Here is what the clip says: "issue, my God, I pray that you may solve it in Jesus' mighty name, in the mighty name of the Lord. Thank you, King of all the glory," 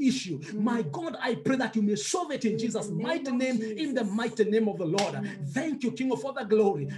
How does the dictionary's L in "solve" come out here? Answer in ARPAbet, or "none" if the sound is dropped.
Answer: none